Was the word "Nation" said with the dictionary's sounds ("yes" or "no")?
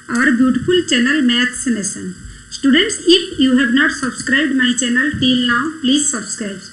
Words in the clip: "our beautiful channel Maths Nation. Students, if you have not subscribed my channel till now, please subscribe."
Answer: no